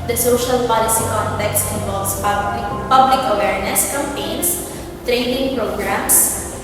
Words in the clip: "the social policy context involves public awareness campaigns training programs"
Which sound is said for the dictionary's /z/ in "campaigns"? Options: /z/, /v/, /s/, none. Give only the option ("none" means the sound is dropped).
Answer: /s/